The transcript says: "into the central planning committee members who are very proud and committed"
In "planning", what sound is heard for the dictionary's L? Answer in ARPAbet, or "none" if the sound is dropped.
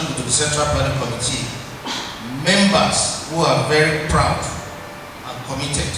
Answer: none